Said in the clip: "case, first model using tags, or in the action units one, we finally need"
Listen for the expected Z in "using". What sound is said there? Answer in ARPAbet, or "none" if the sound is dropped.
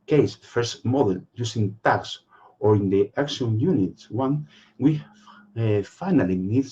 S